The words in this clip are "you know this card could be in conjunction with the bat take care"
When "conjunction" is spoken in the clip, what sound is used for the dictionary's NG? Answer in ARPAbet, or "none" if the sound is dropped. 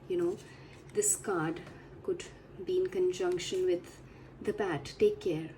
NG